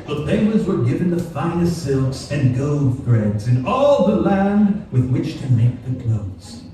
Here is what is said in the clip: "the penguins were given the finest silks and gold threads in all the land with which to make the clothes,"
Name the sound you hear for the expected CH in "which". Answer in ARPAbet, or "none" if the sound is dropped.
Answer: CH